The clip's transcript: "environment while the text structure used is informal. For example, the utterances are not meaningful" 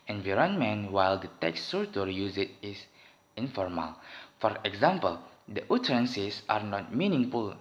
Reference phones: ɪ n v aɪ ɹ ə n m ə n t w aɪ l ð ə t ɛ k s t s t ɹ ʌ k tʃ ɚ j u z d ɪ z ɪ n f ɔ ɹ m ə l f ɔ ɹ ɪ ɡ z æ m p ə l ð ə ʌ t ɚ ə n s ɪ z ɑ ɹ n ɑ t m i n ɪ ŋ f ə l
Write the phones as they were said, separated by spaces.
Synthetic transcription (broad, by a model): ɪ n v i ɹ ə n m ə n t w aɪ l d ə t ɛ k s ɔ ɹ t ɔ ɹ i j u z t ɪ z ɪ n f ɔ ɹ m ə l f ɔ ɹ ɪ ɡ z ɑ m p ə l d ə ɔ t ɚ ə n s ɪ s ɑ ɹ n ɑ t m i n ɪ ŋ f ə l